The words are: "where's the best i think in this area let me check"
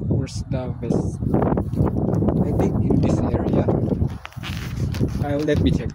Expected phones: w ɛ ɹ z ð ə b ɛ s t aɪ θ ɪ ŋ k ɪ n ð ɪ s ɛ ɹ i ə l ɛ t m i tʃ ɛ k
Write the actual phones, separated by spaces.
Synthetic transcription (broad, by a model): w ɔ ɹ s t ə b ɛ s aɪ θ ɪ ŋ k ɪ n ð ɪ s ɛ ɹ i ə l ɛ t m i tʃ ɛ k